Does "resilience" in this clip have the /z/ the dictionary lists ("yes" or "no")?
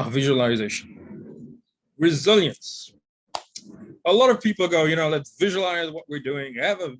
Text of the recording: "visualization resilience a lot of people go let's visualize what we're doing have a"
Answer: yes